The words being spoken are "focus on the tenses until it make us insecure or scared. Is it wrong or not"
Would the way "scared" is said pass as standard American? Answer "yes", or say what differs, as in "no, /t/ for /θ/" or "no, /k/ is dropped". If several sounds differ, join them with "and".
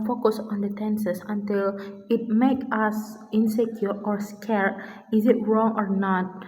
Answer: no, /d/ is dropped